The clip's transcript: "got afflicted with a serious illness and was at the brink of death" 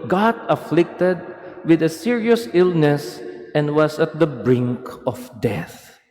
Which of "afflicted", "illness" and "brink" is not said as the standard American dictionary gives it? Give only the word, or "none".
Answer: none